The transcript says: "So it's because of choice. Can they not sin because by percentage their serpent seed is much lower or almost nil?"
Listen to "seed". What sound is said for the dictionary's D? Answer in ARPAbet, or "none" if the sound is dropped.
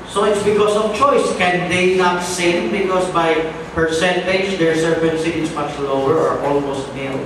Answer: none